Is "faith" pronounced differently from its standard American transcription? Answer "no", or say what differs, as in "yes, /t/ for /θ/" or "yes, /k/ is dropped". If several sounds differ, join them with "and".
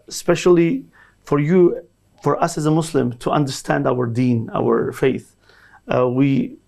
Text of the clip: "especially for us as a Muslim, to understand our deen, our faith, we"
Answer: no